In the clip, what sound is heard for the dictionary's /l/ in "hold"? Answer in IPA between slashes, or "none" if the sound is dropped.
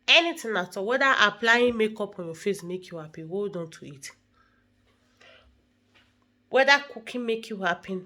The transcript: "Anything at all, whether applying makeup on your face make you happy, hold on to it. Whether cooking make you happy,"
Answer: none